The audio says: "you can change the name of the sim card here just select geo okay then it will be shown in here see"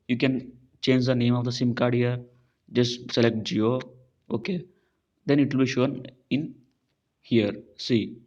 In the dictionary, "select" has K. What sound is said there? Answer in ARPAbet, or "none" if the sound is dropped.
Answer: K